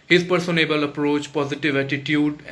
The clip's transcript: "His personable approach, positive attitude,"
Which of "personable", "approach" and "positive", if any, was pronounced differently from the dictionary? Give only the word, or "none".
none